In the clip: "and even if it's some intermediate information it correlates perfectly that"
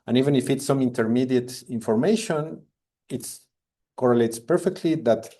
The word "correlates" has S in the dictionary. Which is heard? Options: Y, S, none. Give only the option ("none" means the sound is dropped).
S